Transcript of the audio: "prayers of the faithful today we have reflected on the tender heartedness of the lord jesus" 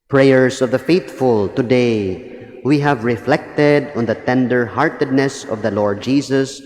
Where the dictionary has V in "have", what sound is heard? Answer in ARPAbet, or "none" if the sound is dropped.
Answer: V